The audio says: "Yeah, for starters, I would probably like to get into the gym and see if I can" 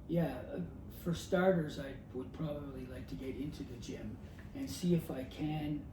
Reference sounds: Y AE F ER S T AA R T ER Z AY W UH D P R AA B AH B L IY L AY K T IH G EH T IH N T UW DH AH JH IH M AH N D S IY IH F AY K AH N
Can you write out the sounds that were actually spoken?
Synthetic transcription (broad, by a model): Y AE F ER S T AA R T ER Z AY W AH D P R AA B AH B L IY L AY K T IH G EH T IH N T UW DH AH JH IH M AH N S IY IH F AY K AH N